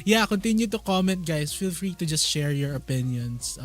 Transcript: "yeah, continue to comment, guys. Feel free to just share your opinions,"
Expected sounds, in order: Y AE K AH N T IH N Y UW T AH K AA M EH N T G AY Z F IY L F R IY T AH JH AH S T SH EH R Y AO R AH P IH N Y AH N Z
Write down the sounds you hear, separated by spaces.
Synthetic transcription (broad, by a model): Y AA K AH N T IH N Y UW T AH K AA M EH N T G AY S F IY L F R IY T AH JH AH S T SH EH R Y AO R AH P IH N Y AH N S